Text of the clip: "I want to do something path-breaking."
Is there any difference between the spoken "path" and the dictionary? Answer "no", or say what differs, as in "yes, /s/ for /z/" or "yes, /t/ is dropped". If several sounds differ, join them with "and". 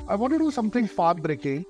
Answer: yes, /f/ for /p/ and /t/ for /θ/